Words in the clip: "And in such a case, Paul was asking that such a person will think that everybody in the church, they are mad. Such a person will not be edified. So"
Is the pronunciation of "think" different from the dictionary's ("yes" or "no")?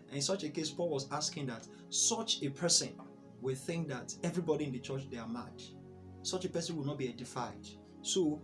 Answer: no